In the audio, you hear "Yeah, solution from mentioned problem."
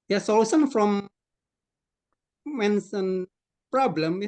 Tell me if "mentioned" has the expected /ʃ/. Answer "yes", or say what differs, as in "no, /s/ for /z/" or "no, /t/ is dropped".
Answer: no, /s/ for /ʃ/